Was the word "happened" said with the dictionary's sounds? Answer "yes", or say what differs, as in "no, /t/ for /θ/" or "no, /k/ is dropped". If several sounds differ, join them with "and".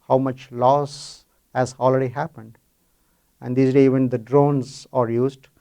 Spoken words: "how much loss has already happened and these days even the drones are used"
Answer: yes